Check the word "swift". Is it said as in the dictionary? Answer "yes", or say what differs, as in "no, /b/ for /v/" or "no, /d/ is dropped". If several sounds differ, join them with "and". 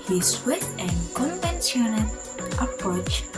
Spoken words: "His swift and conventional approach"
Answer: no, /f/ is dropped